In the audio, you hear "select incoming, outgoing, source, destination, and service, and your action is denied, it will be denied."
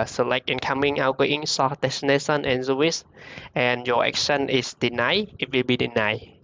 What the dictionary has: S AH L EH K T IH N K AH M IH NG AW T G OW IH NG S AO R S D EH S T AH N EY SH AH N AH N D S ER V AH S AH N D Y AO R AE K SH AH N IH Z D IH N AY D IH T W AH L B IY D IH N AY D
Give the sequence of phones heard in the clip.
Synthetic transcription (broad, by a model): S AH L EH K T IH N K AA M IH NG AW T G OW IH NG S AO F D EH S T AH N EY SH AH N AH N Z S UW W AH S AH N Y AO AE K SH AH N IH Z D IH N AY IH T W AH L B IY D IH N AY